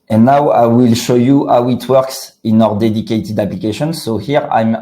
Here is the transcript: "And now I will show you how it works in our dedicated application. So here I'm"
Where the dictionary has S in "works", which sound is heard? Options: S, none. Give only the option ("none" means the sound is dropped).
S